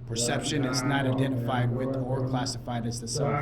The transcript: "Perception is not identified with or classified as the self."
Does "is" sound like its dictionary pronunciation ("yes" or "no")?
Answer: yes